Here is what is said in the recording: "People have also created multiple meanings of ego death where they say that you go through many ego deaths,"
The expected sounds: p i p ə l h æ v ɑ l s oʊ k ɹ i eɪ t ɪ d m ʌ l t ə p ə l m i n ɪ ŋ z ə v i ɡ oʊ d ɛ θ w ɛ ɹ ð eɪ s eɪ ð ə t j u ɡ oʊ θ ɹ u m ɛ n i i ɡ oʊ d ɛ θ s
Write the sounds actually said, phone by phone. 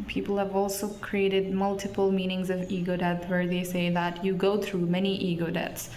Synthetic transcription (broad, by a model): p i p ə l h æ v ɑ l s oʊ k ɹ i eɪ t ɪ d m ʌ l t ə p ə l m i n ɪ ŋ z ə v i ɡ oʊ d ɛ t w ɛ ɹ ð eɪ s eɪ ð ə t j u ɡ oʊ θ ɹ u m ɛ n i i ɡ oʊ d ɛ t s